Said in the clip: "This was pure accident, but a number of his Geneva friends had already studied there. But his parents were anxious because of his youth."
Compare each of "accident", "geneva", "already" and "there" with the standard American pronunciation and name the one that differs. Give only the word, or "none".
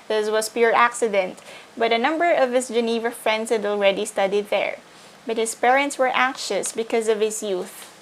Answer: none